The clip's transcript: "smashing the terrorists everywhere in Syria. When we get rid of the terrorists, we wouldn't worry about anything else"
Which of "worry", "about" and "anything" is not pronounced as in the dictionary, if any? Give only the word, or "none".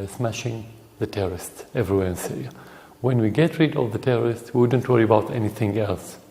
none